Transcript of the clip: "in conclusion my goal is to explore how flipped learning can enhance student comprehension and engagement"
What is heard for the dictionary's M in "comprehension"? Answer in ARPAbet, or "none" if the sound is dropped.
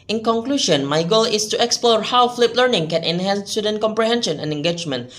M